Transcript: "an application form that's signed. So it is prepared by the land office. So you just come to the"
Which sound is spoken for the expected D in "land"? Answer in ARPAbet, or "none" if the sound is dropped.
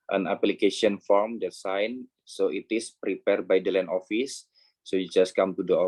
none